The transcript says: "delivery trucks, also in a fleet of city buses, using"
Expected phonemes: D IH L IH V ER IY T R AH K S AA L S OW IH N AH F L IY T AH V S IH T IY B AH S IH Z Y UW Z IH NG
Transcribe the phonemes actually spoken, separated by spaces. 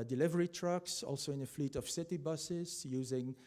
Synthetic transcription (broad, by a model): D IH L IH V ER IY T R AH K S AA L S OW IH N AH F L IY T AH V S IH T IY B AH S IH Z Y UW Z IH NG